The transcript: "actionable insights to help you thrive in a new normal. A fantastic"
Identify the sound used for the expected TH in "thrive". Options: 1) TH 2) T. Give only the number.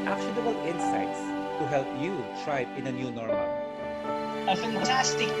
2